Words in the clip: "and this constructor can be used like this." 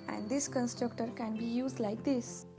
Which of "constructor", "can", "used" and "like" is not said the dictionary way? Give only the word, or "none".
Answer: none